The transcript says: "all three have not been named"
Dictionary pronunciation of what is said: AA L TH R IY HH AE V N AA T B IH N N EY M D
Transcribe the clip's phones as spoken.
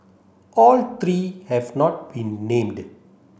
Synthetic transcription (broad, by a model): AA L T R IY HH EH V N AA T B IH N N EY M D